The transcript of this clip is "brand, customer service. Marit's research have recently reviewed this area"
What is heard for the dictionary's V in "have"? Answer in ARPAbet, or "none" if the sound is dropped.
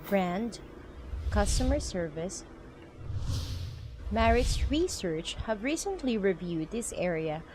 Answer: V